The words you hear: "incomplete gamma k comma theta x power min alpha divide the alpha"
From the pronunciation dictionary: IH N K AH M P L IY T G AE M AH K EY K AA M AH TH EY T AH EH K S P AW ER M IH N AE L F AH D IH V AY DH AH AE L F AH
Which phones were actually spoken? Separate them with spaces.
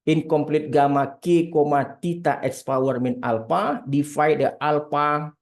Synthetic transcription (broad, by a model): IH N K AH M P L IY T G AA M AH K EY K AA M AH T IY T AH EH K S P AW ER M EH N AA L P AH D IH F AY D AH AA L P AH